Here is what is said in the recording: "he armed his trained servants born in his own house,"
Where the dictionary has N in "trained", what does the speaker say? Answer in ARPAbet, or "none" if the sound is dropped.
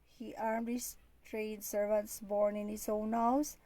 none